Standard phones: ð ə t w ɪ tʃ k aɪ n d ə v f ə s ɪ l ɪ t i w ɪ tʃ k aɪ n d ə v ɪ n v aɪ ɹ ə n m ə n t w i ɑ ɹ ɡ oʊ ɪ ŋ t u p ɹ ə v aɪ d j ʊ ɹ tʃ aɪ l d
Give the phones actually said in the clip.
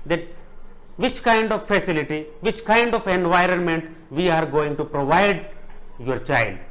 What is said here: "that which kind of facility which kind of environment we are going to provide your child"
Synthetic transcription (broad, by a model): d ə t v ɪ tʃ k aɪ n d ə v f ə s ɪ l ɪ t i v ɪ tʃ k aɪ n d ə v ɪ n v aɪ ɹ ə n m ə n t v i ɑ ɹ ɡ oʊ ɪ ŋ t u p ɹ ə v aɪ d j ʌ ɹ tʃ aɪ l d